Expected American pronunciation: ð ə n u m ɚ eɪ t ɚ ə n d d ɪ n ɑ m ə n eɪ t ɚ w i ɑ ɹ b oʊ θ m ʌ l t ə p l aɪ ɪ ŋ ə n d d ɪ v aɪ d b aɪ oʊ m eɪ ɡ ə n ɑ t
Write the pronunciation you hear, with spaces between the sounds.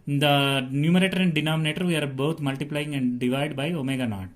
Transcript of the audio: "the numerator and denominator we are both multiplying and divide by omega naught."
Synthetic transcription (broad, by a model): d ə n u m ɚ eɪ t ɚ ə n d d ɪ n ɑ m ə n eɪ t ɚ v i ɑ ɹ b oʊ t m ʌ l t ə p l aɪ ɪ ŋ ə n d d ɪ v aɪ d b aɪ oʊ m eɪ ɡ ə n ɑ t